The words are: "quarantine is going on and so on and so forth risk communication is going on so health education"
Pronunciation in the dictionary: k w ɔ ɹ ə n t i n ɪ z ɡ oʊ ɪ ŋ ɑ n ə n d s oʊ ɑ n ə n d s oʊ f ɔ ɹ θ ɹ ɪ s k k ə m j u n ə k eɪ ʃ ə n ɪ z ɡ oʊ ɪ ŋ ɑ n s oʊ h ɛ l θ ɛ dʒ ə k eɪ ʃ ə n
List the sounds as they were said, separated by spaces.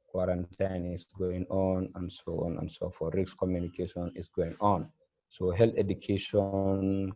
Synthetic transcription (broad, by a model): k w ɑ ɹ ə n t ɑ n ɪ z ɡ oʊ ɪ ŋ ɑ n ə n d s oʊ ɑ n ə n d s oʊ f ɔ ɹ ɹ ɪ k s k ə m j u n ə k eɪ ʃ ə n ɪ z ɡ oʊ ɪ ŋ ɑ n s oʊ h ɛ l t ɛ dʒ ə k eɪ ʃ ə n